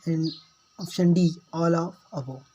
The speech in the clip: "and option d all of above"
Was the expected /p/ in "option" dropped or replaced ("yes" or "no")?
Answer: yes